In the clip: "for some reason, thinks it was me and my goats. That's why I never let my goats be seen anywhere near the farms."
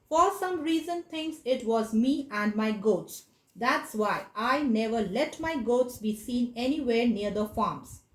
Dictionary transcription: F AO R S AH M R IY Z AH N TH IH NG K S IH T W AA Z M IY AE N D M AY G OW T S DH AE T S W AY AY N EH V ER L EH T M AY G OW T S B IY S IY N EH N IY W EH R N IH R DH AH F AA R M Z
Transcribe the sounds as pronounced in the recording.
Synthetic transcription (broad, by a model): F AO R S AH M R IY Z AH N T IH NG S IH T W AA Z M IY AE N D M AY G OW T S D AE T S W AY AY N EH V ER L EH T M AY G OW T S B IY S IY N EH N IY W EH R N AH R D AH F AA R M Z